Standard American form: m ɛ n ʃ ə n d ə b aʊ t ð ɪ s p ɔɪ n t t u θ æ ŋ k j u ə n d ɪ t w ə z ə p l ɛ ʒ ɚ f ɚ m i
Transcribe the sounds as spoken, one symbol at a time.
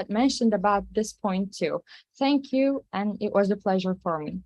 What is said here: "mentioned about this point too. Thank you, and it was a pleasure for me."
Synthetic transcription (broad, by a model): m ɛ n ʃ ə n d ə b aʊ t ð ɪ s p ɔɪ n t t u θ æ ŋ k j u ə n ɪ t w ə z ə p l ɛ ʒ ɚ f ɚ m i